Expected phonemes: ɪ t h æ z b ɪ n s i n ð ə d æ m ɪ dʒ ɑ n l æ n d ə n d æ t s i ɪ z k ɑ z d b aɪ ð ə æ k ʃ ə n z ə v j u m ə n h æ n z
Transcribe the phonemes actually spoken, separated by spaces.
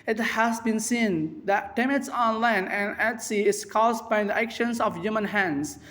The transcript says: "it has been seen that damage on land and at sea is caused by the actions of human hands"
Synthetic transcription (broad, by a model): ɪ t h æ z b ɪ n s i n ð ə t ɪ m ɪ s ɑ n l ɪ n ə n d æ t s i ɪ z k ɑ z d b aɪ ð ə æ k ʃ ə n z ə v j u m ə n h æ n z